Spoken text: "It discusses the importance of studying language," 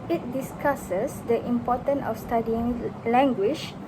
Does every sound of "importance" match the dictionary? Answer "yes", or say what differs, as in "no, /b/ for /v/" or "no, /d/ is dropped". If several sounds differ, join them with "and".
no, /s/ is dropped